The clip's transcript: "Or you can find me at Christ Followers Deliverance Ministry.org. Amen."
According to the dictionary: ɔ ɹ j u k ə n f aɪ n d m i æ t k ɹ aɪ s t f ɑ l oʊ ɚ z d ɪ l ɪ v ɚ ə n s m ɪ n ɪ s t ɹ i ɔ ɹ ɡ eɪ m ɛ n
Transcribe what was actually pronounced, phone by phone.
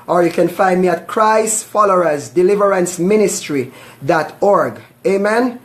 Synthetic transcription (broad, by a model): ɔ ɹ j u k ə n f aɪ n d m i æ t k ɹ aɪ s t f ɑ l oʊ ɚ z d ɪ l ɪ v ɚ ə n s m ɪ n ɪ s t ɹ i ɔ ɹ ɡ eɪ m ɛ n